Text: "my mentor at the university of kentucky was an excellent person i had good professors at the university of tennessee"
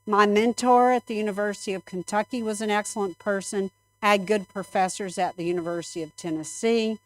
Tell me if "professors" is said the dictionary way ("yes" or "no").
yes